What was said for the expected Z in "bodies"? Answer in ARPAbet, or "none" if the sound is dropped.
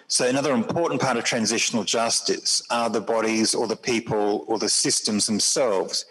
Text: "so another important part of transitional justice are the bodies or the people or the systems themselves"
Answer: Z